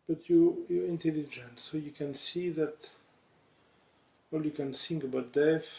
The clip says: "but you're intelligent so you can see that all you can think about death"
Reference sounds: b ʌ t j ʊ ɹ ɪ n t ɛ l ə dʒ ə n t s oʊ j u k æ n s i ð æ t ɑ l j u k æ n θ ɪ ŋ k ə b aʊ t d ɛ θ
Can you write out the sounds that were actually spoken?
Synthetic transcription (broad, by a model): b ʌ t j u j ɪ n t ɛ l ə dʒ ə n t s oʊ j u k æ n s i ð æ t ɑ l j u k æ n s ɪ ŋ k ə b aʊ t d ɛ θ